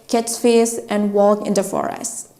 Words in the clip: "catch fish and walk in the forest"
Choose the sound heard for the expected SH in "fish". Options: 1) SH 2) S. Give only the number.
2